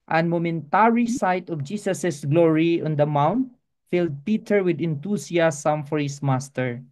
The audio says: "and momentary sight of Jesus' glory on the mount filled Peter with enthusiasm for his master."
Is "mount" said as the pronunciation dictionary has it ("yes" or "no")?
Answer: yes